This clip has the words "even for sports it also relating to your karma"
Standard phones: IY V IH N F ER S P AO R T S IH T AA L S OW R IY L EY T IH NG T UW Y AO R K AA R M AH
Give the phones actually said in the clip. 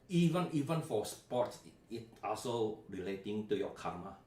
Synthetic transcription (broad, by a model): IY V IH N F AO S P AO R T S IH T AA L S OW R IY L EY T IH NG T UW Y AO K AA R M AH